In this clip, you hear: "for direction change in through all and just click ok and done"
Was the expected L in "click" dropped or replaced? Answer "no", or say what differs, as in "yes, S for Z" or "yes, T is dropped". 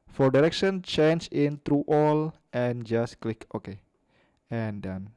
no